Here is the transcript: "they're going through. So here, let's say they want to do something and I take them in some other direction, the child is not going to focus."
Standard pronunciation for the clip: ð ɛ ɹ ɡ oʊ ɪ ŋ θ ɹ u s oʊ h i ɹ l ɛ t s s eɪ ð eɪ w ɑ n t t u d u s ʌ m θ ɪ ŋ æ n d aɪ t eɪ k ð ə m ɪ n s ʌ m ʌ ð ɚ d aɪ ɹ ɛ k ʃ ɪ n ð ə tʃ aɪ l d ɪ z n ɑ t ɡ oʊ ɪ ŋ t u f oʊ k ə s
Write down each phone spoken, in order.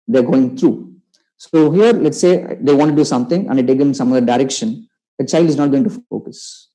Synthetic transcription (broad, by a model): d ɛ ɹ ɡ oʊ ɪ ŋ t ɹ u s oʊ h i ɹ l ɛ t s s eɪ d eɪ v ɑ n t t u d u s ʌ m t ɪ ŋ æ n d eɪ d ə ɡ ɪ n s ʌ m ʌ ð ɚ d aɪ ɹ ɛ k ʃ ɪ n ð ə tʃ aɪ l d ɪ z n ɑ t ɡ oʊ ɪ ŋ t u f oʊ k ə s